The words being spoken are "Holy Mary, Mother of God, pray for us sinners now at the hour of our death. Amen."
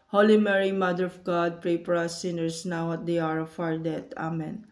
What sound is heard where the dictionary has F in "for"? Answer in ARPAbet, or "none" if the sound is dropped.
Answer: P